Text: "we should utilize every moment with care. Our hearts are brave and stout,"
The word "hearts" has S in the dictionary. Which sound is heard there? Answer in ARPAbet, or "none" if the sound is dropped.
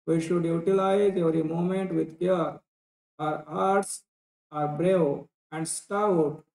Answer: S